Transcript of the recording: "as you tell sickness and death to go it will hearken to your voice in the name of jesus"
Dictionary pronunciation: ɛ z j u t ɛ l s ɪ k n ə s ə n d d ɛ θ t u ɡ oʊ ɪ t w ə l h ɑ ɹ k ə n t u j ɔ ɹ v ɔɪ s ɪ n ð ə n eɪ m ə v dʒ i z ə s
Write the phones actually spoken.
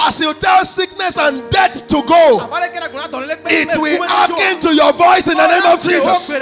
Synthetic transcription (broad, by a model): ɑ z j u t ɛ l s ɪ k n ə s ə n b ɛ t t u ɡ oʊ ɪ t w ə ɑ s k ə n t u j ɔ v ɔɪ s ɪ n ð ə n eɪ m ə v dʒ i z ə s